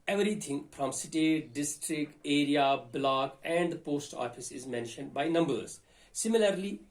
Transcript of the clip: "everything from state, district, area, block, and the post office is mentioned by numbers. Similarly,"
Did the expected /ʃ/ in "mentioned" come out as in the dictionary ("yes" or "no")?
yes